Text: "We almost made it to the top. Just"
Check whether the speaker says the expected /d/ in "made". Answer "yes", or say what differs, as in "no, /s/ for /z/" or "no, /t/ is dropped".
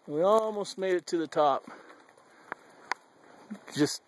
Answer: yes